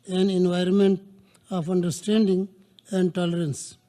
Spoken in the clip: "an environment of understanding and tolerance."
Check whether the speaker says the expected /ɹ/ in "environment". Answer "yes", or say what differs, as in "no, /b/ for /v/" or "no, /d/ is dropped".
yes